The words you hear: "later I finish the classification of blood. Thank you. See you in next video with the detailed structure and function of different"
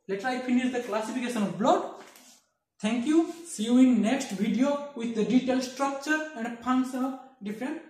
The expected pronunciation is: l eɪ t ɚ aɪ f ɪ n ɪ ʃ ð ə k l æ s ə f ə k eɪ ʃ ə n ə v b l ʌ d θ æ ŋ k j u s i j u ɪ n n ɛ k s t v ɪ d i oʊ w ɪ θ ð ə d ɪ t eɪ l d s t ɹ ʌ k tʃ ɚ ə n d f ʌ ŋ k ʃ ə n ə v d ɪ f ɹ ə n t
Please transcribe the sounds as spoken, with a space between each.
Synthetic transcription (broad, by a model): l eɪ t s aɪ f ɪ n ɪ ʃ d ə k l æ s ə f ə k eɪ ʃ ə n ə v b l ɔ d t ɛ ŋ k j u s i j u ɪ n n ɛ k s t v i d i oʊ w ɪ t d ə d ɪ t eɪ l s t ɹ ʌ k tʃ ɚ ə n d p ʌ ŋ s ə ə d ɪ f ɹ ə n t